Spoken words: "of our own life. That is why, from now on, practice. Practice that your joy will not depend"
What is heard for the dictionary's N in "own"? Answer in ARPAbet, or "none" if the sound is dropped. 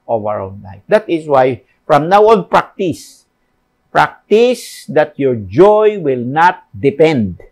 L